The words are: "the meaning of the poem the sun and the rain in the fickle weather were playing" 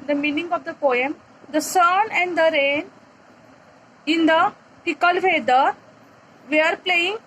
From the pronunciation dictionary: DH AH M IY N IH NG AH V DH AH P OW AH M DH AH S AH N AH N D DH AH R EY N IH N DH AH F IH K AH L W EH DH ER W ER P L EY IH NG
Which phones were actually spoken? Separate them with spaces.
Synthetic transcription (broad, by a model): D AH M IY N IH NG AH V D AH P OW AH M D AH S AH N AH N D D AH R EY N IH N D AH P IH K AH L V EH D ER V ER P L EY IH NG